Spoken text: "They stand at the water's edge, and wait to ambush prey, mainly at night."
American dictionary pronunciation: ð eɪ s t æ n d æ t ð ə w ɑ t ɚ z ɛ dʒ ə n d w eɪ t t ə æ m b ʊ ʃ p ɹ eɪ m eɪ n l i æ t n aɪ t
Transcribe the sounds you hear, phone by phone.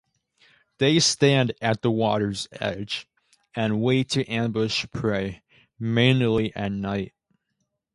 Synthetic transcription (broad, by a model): ð eɪ s t æ n d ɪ t ð ə w ɑ t ɚ z ɛ dʒ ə n w eɪ t t æ m b ʊ ʃ p ɹ eɪ m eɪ n l i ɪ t n aɪ t